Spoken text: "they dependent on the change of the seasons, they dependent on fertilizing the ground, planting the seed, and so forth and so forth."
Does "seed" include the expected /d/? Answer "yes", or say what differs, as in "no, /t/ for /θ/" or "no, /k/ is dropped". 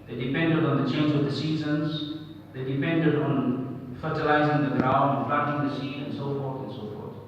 no, /d/ is dropped